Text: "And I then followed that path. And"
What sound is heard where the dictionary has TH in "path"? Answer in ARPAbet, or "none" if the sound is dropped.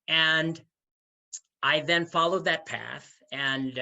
TH